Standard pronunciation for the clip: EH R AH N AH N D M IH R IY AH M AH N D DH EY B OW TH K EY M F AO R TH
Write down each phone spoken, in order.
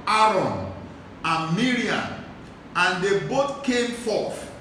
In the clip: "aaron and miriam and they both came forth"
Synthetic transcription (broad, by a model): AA R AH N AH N M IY R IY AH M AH N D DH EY B OW T K EY M F AO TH